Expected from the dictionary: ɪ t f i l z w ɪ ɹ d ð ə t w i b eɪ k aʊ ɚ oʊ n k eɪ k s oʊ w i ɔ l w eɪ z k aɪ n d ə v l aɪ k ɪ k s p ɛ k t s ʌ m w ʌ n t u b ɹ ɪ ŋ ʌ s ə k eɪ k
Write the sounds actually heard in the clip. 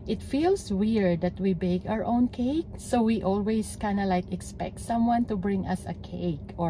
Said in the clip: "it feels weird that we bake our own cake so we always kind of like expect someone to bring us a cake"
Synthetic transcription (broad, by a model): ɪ t f i l s w ɪ ɹ d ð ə t w i b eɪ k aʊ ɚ oʊ n k eɪ k s oʊ w i ɔ l w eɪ s k aɪ n d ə l aɪ k ɪ k s p ɛ k t s ʌ m w ʌ n t u b ɹ ɪ ŋ ʌ s ə k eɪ k